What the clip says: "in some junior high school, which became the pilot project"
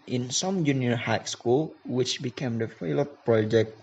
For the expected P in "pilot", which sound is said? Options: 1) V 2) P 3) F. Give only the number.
3